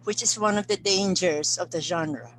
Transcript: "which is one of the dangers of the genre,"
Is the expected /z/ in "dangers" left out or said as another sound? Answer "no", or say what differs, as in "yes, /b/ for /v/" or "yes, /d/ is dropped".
yes, /s/ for /z/